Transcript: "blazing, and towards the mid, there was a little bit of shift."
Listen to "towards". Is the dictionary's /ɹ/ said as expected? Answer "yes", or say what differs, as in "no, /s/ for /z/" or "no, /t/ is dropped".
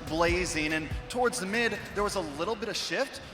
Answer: yes